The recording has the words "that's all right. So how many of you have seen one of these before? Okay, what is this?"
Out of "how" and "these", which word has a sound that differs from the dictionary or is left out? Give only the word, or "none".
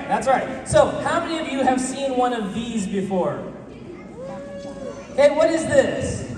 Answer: none